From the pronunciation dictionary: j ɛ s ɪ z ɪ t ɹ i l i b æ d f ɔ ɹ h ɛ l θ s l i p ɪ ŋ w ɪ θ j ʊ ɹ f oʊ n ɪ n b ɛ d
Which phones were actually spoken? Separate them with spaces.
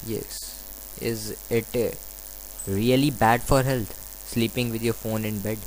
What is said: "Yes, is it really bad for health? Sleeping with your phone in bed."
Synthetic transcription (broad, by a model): j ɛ s ɪ z ɪ t ɹ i l i b æ d f ɔ ɹ h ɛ l t s l i p ɪ ŋ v ɪ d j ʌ ɹ f oʊ n ɪ n b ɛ d